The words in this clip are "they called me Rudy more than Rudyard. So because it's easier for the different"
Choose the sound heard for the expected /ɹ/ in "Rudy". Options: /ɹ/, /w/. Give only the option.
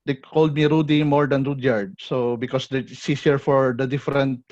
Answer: /ɹ/